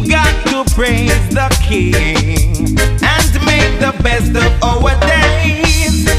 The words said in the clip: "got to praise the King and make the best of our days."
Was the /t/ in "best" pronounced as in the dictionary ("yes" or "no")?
yes